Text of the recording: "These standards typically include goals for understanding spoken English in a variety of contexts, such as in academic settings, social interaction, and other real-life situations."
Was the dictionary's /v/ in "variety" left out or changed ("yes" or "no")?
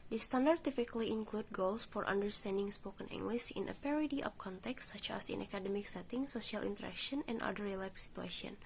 yes